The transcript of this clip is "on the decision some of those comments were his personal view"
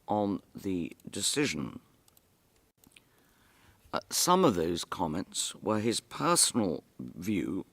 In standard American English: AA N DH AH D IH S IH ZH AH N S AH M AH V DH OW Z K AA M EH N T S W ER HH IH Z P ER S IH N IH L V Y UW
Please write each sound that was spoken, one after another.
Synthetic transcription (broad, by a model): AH N DH AH D IH S IH ZH AH N S AH M AH V DH OW Z K AA M EH N T S W ER IH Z P ER S N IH L V Y UW